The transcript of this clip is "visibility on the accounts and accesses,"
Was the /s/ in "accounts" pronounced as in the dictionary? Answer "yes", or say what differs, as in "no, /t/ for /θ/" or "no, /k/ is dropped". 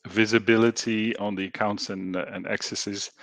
yes